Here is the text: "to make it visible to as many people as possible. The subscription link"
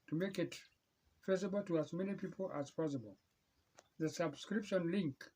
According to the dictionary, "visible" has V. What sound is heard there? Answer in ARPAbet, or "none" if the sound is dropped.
F